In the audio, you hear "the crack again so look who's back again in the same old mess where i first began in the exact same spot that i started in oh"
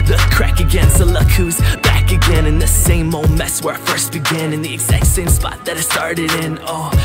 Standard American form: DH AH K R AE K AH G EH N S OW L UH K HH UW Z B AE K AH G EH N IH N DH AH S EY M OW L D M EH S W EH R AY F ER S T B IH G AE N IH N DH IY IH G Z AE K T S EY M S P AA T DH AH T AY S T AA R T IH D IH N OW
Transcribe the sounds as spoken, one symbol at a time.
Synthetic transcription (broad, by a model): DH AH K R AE K AH G EH N S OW L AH K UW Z B AE K AH G EH N IH N DH AH S EY M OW M EH S W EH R F ER S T B IH G AE N IH N DH IY IH G Z AE K T S EY M S P AA T DH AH T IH S T AA R T IH D IH N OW